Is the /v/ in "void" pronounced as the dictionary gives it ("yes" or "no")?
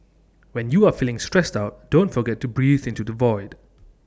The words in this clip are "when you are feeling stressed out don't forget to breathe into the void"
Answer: yes